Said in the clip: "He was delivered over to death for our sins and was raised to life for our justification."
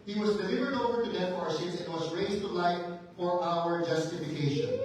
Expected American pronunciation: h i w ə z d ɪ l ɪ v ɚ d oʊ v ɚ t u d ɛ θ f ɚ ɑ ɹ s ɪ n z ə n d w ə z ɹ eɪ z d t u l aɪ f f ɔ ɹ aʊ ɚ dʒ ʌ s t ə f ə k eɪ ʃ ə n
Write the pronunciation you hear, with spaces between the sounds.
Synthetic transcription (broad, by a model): h i w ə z d ɪ l ɪ v ɚ d oʊ v ɚ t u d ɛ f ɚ ɑ ɹ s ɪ z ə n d w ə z ɹ eɪ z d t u l aɪ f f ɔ ɹ aʊ ɚ dʒ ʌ s t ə f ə k eɪ ʃ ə n